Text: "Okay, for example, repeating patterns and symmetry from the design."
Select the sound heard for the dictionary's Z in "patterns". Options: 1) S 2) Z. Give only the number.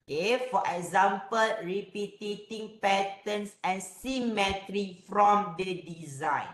1